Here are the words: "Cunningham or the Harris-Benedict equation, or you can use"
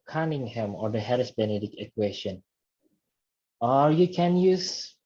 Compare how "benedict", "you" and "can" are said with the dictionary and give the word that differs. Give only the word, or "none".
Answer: benedict